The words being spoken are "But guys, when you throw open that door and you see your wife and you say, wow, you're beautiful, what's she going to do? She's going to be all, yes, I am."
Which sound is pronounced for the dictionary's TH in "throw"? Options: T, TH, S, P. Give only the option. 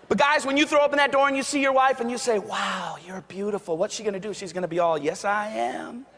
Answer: TH